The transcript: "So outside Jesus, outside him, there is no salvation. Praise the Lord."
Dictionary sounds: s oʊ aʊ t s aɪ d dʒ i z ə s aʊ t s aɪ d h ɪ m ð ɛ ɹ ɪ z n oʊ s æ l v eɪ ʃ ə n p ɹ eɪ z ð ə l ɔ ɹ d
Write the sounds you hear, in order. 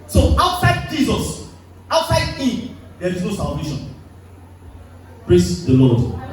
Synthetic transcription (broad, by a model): s oʊ aʊ t s aɪ d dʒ i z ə s aʊ t s aɪ d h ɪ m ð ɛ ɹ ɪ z n oʊ s æ l v eɪ ʃ ə n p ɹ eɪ s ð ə l ɔ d